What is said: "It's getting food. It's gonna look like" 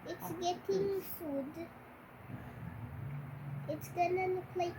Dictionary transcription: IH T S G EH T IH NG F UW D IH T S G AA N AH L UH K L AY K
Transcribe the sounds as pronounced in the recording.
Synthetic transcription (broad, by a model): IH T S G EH T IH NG F UW D IH T S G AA N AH N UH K L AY